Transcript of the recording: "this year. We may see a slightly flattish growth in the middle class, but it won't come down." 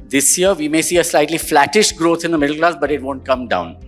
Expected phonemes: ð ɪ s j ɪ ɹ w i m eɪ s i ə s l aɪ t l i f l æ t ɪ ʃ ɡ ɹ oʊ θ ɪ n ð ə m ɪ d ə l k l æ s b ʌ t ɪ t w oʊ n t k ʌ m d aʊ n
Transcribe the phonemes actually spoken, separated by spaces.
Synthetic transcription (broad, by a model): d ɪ s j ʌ ɹ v i m eɪ s i ə s l aɪ t l i f l æ t ɪ ʃ ɡ ɹ oʊ t ɪ n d ə m ɪ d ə l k l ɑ s b ʌ t ɪ t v oʊ n t k ʌ m d aʊ n